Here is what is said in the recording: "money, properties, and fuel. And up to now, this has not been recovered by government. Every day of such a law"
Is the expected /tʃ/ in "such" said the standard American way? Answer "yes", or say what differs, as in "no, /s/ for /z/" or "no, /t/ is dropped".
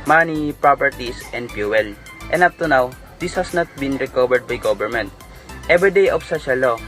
no, /ʃ/ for /tʃ/